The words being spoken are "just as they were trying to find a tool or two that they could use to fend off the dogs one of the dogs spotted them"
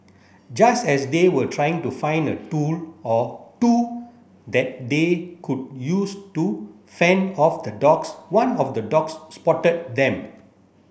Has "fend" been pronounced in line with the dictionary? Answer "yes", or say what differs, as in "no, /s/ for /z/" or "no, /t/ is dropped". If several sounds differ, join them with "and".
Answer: no, /d/ is dropped